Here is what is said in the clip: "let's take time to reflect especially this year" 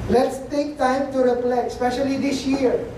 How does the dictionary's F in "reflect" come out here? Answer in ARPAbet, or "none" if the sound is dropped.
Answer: P